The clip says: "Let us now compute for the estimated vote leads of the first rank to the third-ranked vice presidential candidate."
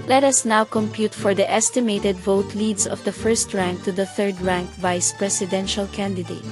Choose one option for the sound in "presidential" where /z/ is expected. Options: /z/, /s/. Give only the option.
/s/